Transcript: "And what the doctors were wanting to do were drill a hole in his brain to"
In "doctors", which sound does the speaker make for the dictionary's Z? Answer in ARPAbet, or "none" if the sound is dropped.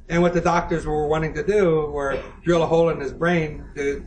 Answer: Z